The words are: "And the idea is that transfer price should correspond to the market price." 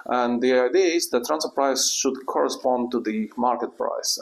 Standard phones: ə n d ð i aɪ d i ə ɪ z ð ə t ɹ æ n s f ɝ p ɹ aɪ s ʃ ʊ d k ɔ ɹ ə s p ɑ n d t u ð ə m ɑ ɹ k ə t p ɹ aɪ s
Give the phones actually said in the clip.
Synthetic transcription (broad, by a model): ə n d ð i aɪ d i ə ɪ z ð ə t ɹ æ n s ɝ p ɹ aɪ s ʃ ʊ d k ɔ ɹ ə s p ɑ n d t u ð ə m ɑ ɹ k ə t p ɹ aɪ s